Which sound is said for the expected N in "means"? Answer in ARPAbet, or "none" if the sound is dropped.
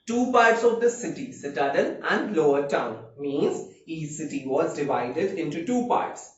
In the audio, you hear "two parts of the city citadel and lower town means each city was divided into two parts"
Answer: N